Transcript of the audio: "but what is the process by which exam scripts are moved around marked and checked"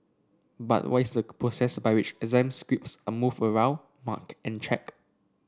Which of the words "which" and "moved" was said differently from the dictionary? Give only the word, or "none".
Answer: moved